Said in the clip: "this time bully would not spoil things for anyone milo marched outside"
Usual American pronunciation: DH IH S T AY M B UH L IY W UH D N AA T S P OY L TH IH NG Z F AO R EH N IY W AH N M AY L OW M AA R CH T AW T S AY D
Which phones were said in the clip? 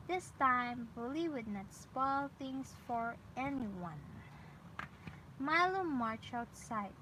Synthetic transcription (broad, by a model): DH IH S T AY M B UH L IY W UH D N AA T S P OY L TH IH NG S F AO R EH N IY W AH N M AY L OW M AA R CH AW T S AY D